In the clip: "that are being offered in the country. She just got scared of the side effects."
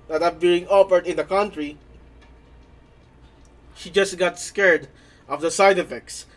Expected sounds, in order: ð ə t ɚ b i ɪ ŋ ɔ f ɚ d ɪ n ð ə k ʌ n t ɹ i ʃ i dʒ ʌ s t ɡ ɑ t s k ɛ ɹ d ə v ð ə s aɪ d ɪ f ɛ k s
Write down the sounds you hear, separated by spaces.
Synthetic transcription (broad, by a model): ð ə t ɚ b i ɪ ŋ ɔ p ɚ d ɪ n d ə k ʌ n t ɹ i ʃ i dʒ ʌ s t ɡ ɑ t s k ɛ ɹ d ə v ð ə s aɪ d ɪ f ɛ k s